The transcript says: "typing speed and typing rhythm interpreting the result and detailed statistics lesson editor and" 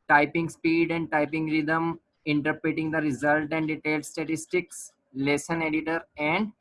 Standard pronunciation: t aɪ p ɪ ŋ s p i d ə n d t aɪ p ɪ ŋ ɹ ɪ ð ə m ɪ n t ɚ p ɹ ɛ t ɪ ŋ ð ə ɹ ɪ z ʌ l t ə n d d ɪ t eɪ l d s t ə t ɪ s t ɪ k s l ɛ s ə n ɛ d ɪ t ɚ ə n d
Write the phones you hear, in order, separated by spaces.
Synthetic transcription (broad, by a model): t aɪ p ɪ ŋ s p i d ə n d t aɪ p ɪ ŋ ɹ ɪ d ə m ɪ n t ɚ p ɹ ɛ t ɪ ŋ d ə ɹ ɪ z ʌ l t ə n d d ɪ t eɪ l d s t ə t ɪ s t ɪ k s l ɛ s ə n ɛ d ɪ t ɚ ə n d